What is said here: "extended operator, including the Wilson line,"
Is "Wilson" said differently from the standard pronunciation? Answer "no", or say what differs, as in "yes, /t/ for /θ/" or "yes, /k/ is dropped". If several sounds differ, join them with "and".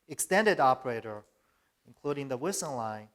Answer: yes, /l/ is dropped